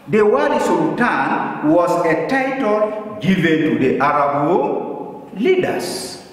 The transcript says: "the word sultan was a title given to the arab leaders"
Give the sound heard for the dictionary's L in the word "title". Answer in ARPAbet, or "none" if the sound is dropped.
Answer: L